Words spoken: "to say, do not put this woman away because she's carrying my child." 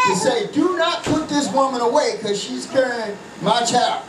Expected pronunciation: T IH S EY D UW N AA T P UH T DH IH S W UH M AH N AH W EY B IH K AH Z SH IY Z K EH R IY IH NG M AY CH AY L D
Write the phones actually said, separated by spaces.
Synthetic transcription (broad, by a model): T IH S EY D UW N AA T P UH T DH IH S W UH M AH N AH W EY IH K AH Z SH IY Z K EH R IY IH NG M AY CH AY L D